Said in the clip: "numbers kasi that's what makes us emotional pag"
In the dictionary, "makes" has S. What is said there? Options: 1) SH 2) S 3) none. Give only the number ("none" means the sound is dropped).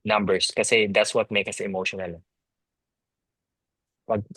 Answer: 3